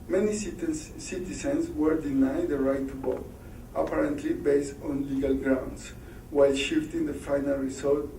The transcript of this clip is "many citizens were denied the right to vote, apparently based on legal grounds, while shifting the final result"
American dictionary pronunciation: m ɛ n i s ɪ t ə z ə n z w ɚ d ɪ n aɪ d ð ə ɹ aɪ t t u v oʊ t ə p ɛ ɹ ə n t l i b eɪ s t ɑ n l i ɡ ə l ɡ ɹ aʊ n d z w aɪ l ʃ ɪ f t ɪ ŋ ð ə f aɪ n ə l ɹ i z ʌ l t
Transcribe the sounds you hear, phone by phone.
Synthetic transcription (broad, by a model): m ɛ n i s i t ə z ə n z w ɚ d ɪ n aɪ d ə ɹ aɪ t t u b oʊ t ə p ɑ ɹ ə n t l i b eɪ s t ɑ n l i ɡ ə l ɡ ɹ aʊ n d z w aɪ l ʃ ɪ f t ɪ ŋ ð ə f aɪ n ə l ɹ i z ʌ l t